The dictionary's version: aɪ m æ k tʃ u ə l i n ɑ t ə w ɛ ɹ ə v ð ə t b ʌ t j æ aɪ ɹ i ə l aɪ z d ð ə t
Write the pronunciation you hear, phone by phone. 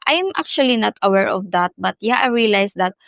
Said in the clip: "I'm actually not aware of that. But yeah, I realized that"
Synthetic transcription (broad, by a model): aɪ m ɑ k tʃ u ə l i n ɑ t ə w ɛ ɹ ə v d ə t b ʌ t j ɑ aɪ ɹ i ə l aɪ s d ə t